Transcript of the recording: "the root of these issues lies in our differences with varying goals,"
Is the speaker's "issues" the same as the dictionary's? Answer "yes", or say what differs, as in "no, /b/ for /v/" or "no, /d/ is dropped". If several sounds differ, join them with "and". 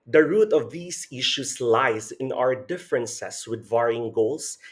no, /s/ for /z/